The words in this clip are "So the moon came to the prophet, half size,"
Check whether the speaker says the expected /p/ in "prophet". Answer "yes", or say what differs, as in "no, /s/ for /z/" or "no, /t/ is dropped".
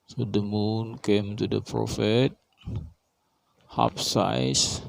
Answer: yes